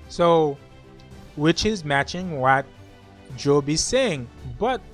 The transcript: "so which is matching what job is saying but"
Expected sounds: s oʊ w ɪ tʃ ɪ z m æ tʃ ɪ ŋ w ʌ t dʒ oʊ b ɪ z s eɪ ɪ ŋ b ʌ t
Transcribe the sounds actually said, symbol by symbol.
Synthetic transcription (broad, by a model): s oʊ w ɪ tʃ ɪ z m æ tʃ ɪ ŋ w ʌ t dʒ oʊ b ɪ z s eɪ ɪ ŋ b ʌ t